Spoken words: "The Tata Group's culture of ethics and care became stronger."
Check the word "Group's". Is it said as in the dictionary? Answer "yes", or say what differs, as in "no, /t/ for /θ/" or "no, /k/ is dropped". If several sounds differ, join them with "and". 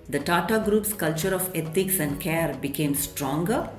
yes